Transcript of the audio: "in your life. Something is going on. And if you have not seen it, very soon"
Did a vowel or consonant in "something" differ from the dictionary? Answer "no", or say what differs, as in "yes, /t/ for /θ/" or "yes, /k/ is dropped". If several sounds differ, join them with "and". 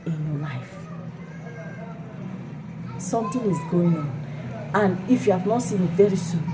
yes, /t/ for /θ/